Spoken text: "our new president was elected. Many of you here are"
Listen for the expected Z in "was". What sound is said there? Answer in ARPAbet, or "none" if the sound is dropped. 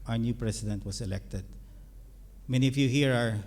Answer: S